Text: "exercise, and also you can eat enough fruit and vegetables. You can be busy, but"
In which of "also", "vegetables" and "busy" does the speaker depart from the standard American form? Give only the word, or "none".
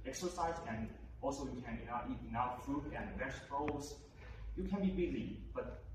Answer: vegetables